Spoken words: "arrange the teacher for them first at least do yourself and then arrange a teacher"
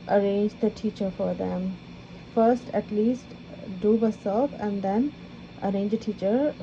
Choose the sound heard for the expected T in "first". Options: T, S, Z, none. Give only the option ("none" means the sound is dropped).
T